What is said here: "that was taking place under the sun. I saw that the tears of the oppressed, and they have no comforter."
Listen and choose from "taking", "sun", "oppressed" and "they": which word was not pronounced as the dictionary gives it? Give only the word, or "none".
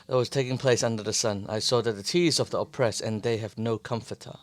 oppressed